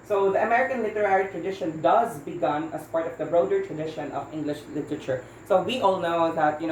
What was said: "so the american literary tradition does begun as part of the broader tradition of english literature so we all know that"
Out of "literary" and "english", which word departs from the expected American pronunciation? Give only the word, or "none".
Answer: none